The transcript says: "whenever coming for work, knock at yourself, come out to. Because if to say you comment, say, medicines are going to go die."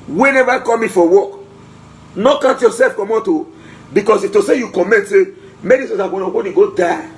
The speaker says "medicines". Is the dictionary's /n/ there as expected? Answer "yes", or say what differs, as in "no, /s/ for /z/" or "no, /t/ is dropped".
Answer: no, /n/ is dropped